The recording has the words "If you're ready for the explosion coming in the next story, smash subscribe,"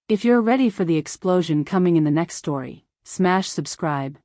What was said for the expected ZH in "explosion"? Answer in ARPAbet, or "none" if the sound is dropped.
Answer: ZH